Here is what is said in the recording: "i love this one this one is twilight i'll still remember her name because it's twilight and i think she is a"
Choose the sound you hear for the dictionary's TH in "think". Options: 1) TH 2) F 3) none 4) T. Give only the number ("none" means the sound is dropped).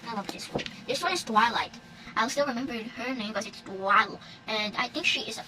1